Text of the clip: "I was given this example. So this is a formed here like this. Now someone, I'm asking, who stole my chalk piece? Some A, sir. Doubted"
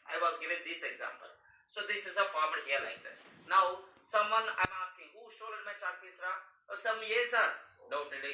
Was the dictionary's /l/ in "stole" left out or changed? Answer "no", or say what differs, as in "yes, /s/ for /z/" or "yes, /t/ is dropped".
yes, /n/ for /l/